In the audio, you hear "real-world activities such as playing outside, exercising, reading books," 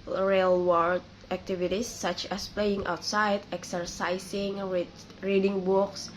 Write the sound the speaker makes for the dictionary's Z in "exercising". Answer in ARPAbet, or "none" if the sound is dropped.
S